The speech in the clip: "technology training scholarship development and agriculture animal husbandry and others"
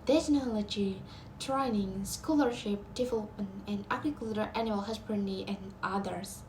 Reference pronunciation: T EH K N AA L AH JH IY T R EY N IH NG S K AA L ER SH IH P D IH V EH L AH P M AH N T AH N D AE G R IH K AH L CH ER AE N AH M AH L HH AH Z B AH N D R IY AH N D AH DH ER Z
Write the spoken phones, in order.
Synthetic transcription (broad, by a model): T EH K N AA L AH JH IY T R EY N IH NG S K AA L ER SH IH P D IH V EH L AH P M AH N AH N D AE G R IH K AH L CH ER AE N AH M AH L HH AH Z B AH N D IY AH N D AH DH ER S